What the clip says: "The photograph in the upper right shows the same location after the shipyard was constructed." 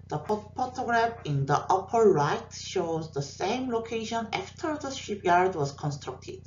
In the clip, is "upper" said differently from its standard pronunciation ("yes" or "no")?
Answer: no